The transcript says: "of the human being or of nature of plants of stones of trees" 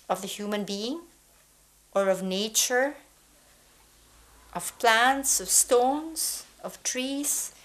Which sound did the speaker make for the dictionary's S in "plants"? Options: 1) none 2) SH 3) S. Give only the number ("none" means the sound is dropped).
3